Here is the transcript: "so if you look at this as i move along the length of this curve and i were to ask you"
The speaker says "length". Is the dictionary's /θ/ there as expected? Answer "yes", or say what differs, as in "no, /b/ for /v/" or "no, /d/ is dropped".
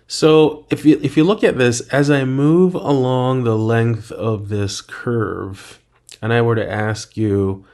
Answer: yes